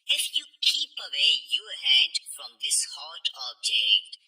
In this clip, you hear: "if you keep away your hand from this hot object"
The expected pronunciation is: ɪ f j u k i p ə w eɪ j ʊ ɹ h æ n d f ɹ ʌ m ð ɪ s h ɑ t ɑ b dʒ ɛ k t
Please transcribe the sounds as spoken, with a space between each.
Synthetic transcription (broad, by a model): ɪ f j u k i p ə w eɪ j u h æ d f ɹ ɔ m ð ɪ s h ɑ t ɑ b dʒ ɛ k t